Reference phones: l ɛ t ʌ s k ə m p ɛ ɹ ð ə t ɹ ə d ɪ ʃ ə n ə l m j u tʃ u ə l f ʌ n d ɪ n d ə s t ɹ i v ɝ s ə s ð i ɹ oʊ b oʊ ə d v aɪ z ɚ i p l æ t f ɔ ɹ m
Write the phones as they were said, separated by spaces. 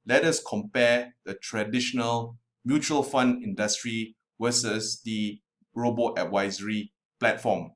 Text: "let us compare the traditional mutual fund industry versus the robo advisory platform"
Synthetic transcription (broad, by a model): l ɛ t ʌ s k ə m p ɛ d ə t ɹ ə d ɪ ʃ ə n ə l m j u tʃ u ə l f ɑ n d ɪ n d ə s t ɹ i w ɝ s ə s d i ɹ oʊ b oʊ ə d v aɪ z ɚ i p l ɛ t f ɔ m